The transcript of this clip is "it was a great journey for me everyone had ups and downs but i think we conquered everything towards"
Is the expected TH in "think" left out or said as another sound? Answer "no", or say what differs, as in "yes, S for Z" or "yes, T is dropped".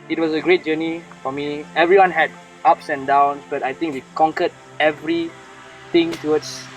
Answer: yes, T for TH